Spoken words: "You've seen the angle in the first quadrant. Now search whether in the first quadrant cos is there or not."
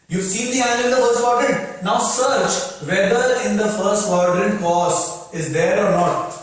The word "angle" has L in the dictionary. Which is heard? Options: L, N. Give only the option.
N